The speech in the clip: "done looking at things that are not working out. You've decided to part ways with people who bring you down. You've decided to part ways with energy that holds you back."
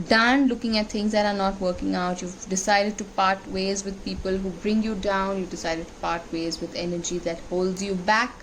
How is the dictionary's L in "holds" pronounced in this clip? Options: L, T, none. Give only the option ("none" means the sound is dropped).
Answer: L